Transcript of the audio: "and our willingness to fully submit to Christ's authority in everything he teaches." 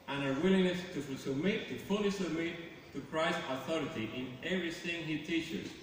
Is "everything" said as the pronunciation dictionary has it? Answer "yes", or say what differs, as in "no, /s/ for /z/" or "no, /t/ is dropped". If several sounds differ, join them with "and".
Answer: no, /s/ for /θ/